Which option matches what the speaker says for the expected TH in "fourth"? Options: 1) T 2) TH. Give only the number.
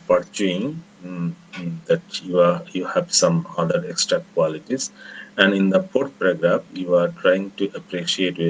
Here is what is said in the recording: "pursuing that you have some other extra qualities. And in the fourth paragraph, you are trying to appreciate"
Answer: 1